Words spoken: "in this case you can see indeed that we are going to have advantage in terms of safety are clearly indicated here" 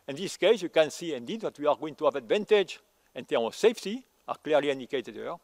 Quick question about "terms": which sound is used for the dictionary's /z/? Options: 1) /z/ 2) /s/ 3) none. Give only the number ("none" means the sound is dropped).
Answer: 3